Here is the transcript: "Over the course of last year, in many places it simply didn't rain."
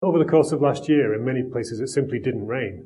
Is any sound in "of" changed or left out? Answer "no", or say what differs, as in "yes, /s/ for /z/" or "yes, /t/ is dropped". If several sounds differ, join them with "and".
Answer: no